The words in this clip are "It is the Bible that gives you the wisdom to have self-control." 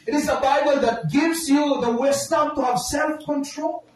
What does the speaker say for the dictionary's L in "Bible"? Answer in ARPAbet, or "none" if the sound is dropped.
L